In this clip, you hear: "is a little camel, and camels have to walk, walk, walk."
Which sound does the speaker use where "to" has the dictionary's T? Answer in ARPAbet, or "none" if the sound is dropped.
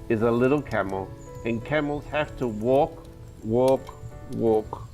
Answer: T